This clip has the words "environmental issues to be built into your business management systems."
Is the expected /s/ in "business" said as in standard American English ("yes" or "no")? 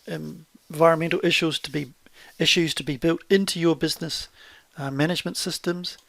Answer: yes